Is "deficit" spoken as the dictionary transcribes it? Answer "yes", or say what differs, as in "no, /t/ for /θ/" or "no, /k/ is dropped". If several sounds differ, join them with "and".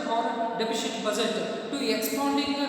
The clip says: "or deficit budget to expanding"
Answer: no, /ʃ/ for /s/